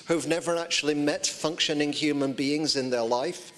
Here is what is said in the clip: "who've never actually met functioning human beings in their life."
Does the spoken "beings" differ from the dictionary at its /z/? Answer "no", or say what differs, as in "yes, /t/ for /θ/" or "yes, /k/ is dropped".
no